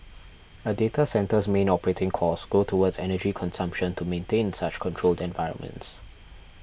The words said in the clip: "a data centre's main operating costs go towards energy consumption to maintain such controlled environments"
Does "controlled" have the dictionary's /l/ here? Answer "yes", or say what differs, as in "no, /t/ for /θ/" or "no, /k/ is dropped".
yes